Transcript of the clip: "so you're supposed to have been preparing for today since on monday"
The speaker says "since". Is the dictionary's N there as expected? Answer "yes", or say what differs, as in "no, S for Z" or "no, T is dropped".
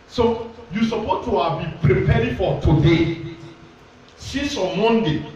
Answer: no, N is dropped